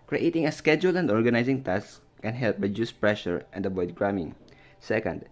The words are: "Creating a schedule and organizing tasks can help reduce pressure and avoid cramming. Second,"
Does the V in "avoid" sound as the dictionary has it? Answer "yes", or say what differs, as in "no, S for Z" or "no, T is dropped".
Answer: no, B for V